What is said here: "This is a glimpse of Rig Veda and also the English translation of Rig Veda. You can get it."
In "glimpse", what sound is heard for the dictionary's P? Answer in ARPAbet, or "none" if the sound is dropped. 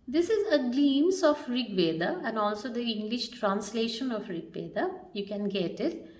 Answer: none